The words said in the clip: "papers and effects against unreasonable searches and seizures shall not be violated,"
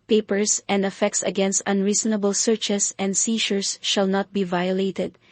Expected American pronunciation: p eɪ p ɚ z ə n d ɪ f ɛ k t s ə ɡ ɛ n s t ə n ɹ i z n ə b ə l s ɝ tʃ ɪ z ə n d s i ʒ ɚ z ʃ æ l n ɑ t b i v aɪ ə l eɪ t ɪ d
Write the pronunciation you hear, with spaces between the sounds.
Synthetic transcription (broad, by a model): p eɪ p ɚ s ə n d ɪ f ɛ k t s ə ɡ ɛ n s t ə n ɹ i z n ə b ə l s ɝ tʃ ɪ s ə n d s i ʃ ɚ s ʃ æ l n ɑ t b i v aɪ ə l eɪ t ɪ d